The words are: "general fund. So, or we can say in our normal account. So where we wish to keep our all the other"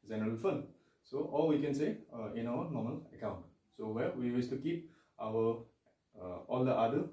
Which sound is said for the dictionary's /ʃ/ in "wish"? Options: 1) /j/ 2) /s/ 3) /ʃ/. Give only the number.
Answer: 2